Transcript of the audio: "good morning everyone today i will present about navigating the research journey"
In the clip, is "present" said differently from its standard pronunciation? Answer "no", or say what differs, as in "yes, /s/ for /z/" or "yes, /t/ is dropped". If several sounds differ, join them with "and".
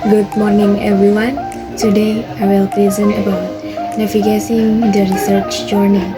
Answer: yes, /l/ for /ɹ/ and /t/ is dropped